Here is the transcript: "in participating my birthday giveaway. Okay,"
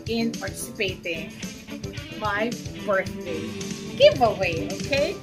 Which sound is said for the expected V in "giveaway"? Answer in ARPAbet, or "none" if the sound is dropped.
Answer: V